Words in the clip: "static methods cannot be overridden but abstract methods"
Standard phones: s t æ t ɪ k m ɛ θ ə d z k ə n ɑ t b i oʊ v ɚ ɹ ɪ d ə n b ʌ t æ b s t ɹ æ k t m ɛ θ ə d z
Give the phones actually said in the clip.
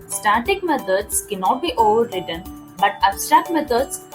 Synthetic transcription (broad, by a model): s t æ t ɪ k m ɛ t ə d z k ə n ɑ t b i oʊ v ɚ ɹ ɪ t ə n b ʌ t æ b s t ɑ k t m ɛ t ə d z